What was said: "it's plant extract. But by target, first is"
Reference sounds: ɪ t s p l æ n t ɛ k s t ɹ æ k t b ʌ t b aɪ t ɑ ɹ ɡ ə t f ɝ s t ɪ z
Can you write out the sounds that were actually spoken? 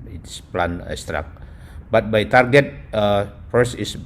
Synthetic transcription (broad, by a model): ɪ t s p l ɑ n ɛ s t ɹ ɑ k b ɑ t b aɪ t ɑ ɹ ɡ ə t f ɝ s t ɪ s